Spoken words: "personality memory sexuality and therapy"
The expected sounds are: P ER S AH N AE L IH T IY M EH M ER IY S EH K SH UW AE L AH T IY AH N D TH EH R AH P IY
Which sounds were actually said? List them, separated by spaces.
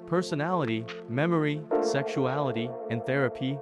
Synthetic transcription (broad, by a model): P ER S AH N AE L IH T IY M EH M ER IY S EH K SH UW AE L AH T IY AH N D TH EH R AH P IY